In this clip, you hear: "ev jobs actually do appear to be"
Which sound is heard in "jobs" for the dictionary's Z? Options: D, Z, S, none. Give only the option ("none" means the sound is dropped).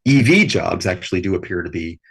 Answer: Z